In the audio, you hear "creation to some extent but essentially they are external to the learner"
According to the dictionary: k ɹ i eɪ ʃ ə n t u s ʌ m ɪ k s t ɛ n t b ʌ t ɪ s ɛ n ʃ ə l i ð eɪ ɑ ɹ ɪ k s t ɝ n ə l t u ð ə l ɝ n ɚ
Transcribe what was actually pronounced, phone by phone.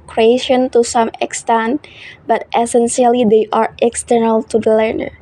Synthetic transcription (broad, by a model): k ɹ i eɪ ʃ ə n t u s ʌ m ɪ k s t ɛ n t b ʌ t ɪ s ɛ n s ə l i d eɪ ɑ ɹ ɪ k s t ɝ n ə l t u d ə l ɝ n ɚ